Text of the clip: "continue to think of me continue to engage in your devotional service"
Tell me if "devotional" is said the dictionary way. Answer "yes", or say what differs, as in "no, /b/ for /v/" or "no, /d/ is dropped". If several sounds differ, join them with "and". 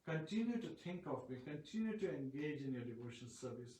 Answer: no, /n/ is dropped and /n/ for /l/